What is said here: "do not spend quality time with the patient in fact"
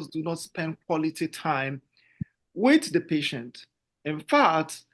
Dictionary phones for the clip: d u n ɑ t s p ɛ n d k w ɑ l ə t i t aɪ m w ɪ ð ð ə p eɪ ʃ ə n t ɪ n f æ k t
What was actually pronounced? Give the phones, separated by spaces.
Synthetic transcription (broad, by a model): d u n ɑ t s p ɛ n d k w ɑ l ə t i t aɪ m w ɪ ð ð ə p eɪ ʃ ə n t ɪ n f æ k t